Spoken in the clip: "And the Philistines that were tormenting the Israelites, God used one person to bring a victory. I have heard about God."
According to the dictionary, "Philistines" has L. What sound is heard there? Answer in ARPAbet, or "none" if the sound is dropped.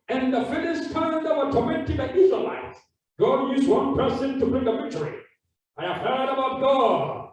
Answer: N